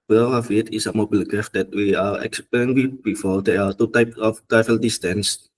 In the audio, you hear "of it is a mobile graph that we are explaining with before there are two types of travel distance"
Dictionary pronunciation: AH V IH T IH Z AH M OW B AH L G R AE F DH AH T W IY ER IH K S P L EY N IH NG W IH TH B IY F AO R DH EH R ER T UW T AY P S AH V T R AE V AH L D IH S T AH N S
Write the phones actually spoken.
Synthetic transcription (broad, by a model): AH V IH T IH S AH M OW B AH L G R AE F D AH T W IY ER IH K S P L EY IH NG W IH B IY F AO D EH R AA T UW T AY P S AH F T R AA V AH L D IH S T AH N S